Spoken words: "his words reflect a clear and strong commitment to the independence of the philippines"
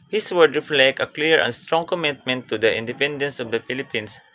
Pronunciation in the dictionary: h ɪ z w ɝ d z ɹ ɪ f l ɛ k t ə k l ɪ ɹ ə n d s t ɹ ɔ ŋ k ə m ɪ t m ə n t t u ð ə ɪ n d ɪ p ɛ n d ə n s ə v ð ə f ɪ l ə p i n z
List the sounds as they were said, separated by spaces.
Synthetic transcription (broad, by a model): h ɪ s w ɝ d ɹ ɪ f l ɛ k t ə k l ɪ ɹ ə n s t ɹ ɔ ŋ k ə m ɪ t m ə n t t u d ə ɪ n d ɪ p ɛ n d ə n s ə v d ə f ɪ l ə p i n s